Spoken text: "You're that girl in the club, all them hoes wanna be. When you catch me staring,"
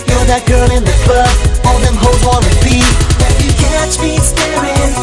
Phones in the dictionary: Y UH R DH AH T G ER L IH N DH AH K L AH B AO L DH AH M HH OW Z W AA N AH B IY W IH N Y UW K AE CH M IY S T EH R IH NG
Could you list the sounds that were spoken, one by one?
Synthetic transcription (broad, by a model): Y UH DH AH T G ER L IH N DH AH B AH AO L DH AH M HH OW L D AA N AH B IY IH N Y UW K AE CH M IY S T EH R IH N